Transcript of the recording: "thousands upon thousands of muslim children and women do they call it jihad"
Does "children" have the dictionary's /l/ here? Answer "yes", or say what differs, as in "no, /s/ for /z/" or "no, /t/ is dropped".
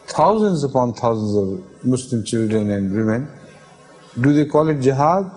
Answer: yes